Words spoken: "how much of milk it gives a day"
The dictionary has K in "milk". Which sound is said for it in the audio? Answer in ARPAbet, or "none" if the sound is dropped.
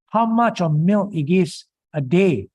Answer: none